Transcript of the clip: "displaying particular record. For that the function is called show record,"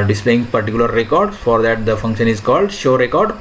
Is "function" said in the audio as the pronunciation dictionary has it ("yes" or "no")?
yes